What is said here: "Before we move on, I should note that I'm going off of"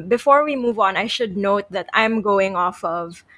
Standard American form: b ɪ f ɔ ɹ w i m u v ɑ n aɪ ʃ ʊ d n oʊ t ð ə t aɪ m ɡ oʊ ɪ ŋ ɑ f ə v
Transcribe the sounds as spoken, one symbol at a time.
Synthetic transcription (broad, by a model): b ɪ f ɔ ɹ w i m u v ɑ n aɪ ʃ ʊ d n oʊ t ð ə t aɪ m ɡ oʊ ɪ ŋ ɑ f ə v